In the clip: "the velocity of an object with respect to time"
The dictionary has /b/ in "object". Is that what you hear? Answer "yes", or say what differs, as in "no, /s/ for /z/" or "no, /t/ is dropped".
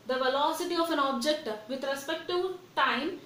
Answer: yes